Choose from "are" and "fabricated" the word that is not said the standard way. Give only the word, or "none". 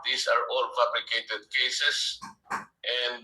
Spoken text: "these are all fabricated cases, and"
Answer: fabricated